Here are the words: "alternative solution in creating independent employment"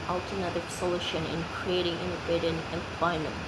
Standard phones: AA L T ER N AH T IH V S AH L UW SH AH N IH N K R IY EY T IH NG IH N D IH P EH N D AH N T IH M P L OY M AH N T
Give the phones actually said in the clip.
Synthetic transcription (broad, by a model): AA L T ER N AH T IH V S AH L UW SH AH N IH N K R IY EY T IH NG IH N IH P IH D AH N IH M P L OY M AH N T